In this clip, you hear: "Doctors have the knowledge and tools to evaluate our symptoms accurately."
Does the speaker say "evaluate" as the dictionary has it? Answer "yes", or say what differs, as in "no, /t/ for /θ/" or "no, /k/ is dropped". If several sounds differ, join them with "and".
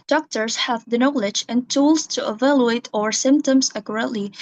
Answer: yes